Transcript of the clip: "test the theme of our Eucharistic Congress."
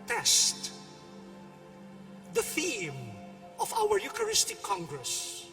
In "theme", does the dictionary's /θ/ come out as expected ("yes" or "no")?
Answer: yes